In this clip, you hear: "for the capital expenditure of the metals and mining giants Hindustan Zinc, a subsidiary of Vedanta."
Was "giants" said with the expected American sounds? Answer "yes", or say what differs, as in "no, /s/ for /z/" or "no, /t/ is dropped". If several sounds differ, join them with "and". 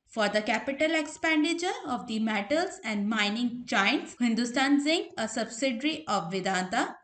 no, /tʃ/ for /dʒ/